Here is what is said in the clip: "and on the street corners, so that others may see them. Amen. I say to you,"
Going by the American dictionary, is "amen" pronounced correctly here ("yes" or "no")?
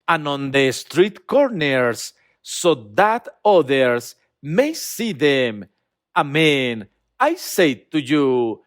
yes